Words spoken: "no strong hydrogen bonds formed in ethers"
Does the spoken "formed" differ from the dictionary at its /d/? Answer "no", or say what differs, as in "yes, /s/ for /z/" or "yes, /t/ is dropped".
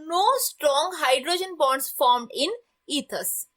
no